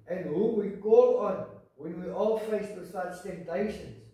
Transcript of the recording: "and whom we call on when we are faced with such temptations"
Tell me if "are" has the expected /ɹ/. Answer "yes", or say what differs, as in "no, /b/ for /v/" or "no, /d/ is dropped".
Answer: no, /l/ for /ɹ/